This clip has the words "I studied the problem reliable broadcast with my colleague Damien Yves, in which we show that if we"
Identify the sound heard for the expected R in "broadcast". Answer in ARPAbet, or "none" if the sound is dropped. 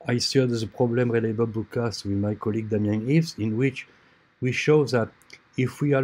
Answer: none